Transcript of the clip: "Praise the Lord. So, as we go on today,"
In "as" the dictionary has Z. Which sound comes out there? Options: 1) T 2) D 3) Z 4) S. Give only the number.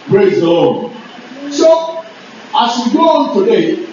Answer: 4